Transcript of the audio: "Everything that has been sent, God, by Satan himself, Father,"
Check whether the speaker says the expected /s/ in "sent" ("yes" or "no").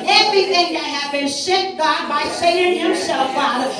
no